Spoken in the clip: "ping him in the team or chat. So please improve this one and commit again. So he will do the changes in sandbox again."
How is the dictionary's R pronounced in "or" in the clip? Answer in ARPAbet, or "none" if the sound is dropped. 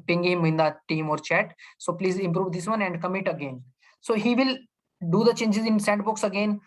R